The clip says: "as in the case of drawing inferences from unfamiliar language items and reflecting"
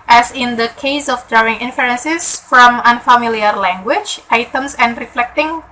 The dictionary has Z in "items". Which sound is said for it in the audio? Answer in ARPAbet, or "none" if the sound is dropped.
S